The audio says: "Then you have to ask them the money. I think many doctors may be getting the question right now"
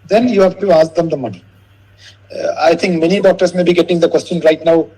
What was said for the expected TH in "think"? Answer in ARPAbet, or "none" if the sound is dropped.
T